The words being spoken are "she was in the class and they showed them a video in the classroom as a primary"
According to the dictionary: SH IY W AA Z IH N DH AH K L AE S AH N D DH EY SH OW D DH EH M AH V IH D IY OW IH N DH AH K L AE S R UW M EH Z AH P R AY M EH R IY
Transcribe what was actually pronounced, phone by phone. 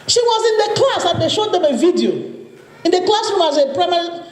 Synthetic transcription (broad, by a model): SH IY W AA Z IH N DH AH K L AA S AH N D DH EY SH OW D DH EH M AH V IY D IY OW IH N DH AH K L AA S UW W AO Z AH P R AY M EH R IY